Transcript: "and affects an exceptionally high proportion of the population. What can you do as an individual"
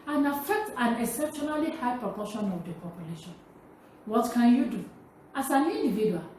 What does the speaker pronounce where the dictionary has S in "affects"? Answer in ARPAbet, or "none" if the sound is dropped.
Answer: none